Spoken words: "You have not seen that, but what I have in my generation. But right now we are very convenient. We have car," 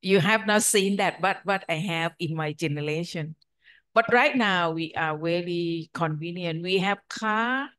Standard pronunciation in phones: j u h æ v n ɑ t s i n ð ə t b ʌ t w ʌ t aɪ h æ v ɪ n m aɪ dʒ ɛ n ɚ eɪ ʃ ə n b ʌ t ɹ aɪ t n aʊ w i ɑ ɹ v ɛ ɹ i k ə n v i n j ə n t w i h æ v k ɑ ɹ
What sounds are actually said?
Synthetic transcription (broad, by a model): j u h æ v n ɑ t s i n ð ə t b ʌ t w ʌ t aɪ h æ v ɪ n m aɪ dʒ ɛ n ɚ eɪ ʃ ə n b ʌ t ɹ aɪ t n aʊ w i ɑ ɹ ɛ l i k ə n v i n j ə n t w i h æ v k ɑ